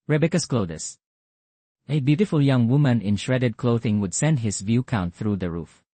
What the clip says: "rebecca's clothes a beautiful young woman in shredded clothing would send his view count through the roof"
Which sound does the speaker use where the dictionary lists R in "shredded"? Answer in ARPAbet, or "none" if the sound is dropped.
R